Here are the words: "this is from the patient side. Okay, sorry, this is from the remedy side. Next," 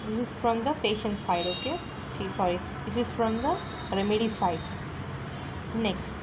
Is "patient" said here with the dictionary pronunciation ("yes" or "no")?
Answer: yes